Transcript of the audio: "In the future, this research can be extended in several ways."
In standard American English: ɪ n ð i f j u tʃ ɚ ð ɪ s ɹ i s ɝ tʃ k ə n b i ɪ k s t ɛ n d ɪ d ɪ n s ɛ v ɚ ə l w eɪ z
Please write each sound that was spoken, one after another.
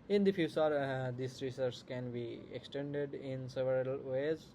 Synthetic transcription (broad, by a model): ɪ n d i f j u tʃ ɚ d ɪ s ɹ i s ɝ s k ə n b i ɪ k s t ɛ n d ɪ d ɪ n s ɛ v ɚ ə l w eɪ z